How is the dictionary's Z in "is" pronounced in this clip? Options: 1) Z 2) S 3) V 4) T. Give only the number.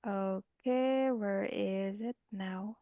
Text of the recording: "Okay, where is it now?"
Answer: 1